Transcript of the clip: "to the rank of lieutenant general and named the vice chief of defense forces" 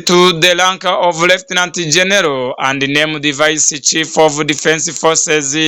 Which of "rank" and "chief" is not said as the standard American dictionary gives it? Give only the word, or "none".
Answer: rank